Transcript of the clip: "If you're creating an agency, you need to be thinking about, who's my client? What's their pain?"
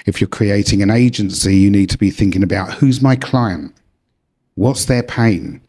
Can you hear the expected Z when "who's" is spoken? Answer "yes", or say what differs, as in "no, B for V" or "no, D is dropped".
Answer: yes